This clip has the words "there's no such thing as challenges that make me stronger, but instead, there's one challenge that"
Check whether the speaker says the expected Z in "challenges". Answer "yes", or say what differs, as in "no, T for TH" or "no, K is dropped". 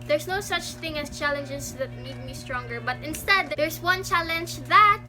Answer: no, S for Z